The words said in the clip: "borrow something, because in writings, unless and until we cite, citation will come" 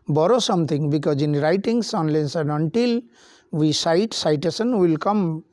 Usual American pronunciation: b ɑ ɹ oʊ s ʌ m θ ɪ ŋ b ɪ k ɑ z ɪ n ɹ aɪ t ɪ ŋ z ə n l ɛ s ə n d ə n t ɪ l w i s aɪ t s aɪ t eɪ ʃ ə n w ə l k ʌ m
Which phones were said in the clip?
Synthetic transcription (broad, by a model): b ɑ ɹ oʊ s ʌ m t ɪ ŋ b ɪ k ɑ z ɪ n ɹ aɪ t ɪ ŋ s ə n l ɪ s ə n d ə n t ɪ l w i s aɪ t s aɪ t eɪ s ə n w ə l k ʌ m